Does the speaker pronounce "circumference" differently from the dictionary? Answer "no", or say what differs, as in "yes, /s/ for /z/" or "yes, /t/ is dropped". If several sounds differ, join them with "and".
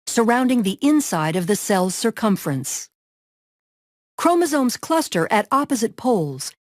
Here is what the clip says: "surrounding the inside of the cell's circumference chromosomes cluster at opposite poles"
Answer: no